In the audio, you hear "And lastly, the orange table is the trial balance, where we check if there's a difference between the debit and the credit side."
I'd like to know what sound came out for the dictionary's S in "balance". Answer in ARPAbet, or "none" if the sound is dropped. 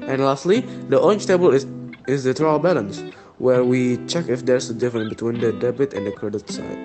S